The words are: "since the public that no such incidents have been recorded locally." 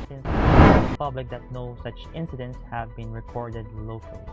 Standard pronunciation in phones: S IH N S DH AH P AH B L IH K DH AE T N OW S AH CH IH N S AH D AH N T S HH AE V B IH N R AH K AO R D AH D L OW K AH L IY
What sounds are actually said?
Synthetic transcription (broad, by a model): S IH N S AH P AH B L IH K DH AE T N OW S AH CH IH N S AH D AH N T S HH AE V B IH N R AH K AO R D AH D L OW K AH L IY